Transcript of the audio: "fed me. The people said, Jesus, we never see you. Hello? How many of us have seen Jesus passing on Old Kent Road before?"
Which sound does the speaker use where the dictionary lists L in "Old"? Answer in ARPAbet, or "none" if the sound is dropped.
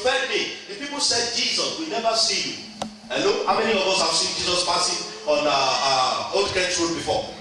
none